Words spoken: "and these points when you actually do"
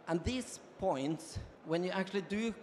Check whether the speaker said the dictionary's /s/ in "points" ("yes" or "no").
yes